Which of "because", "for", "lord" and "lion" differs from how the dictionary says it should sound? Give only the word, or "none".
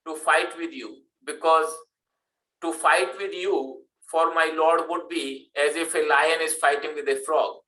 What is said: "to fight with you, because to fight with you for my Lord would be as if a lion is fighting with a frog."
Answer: none